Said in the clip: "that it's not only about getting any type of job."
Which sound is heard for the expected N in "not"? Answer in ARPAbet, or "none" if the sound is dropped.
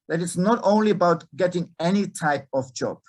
N